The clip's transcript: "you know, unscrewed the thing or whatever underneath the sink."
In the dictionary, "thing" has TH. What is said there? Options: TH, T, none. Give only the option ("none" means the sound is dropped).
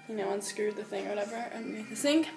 TH